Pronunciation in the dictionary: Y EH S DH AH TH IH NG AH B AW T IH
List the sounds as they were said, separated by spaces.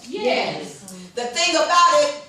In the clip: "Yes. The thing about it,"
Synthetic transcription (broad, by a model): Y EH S DH AH TH IH NG AH B AW T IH